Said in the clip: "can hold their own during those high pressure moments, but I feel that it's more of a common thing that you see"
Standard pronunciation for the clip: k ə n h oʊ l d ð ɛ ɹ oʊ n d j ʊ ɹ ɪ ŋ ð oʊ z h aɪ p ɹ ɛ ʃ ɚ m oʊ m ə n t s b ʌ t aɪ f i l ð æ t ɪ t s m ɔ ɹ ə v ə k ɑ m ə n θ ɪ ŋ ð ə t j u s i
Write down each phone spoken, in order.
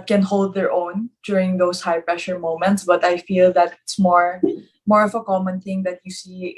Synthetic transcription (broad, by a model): k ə n h oʊ l d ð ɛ ɹ oʊ n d j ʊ ɹ ɪ ŋ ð oʊ s h aɪ p ɹ ɛ ʃ ɚ m oʊ m ə n t s b ʌ t aɪ f i l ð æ t ɪ t s m ɔ ɹ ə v ə k ɑ m ə n θ ɪ ŋ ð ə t j u s i